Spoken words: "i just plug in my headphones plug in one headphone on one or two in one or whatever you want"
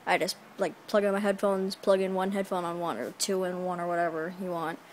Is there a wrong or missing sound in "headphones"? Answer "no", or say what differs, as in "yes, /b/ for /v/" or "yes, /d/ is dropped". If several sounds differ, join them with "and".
no